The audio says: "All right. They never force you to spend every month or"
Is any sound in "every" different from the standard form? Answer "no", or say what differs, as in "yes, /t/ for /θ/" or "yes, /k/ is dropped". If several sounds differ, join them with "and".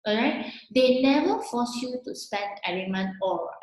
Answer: yes, /v/ is dropped